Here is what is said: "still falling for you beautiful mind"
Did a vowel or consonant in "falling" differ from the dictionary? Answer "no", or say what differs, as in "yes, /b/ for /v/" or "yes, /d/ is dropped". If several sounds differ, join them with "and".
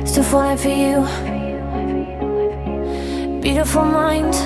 yes, /l/ is dropped